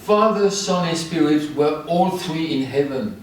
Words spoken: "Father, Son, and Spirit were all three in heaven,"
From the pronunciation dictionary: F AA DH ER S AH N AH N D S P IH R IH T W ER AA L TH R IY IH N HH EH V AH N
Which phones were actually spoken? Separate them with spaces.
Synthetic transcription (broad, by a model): F AA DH ER S AH N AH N S P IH R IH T W ER AA L TH R IY IH N HH EH V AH N